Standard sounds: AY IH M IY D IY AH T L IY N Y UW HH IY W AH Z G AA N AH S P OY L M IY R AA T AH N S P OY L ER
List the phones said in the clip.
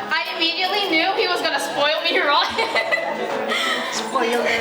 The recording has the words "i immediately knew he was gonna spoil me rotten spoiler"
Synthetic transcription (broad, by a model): AY IH M IY D IY AH T L IY N Y UW HH IY W AH Z G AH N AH S P OY L M IY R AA S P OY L